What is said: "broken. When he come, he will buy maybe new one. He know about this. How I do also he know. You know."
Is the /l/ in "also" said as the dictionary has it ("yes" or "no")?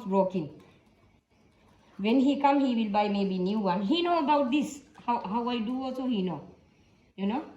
no